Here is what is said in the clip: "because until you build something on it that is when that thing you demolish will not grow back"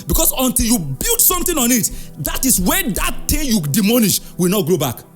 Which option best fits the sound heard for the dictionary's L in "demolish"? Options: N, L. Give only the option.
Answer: N